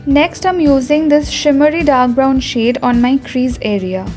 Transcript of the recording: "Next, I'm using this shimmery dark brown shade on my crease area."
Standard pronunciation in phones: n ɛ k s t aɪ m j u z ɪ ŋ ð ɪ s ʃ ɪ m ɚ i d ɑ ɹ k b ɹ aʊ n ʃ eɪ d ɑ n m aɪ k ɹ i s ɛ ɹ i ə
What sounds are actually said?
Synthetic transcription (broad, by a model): n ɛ k s t aɪ m j u z ɪ ŋ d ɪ s ʃ ɪ m ɚ i d ɑ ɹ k b ɹ aʊ n ʃ eɪ d ɑ n m aɪ k ɹ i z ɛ ɹ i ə